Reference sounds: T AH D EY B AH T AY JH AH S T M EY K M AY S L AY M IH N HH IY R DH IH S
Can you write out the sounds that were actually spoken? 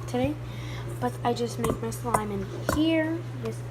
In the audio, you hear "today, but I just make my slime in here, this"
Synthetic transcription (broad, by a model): T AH D EY B AH T AY JH AH S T M EY K M AY S L AY M IH N HH IY R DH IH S